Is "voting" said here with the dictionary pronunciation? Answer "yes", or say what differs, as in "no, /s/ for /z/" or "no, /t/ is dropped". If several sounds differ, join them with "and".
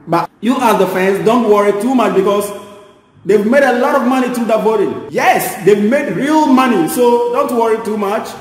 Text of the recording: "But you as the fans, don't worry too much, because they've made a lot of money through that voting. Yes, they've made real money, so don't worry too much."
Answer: no, /b/ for /v/